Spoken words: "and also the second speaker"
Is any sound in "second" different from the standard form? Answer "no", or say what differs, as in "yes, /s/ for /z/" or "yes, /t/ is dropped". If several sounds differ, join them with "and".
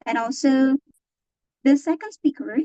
yes, /k/ is dropped